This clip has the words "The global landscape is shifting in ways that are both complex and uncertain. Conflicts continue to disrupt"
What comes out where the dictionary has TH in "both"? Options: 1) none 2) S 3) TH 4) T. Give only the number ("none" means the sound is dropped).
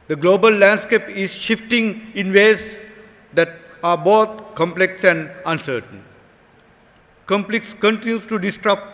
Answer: 4